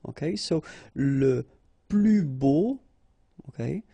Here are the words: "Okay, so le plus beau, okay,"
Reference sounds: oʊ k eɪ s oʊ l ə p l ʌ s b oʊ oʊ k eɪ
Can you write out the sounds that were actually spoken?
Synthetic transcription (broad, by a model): oʊ k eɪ s oʊ l ə p l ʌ b oʊ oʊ k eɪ